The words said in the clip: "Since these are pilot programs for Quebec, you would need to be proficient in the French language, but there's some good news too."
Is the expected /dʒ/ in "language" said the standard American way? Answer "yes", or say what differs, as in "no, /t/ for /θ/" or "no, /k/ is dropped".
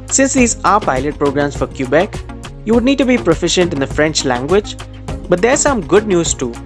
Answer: yes